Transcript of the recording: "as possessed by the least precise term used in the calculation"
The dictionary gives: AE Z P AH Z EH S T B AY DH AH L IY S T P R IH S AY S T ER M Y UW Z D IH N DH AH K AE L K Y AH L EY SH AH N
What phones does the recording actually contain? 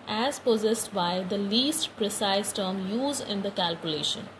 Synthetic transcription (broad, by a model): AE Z P AH Z EH S T B AY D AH L IY S T P R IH S AY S T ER M Y UW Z IH N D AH K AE L K Y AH L EY SH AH N